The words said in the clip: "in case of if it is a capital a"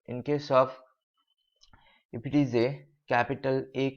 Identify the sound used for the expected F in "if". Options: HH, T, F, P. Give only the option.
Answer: P